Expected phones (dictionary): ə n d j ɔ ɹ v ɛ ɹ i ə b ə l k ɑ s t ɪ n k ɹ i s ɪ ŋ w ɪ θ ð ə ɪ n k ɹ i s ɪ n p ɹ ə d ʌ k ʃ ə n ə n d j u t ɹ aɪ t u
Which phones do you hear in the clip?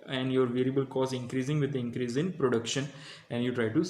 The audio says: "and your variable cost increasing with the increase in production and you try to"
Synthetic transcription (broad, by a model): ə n d j ɔ ɹ v ɛ ɹ i ə b ə l k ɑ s ɪ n k ɹ i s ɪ ŋ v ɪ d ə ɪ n k ɹ i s ɪ n p ɹ ə d ʌ k ʃ ə n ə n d j u t ɹ aɪ t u